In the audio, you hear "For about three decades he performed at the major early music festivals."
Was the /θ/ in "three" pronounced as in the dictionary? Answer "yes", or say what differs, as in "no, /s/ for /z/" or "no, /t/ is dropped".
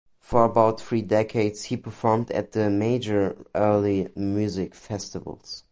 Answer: yes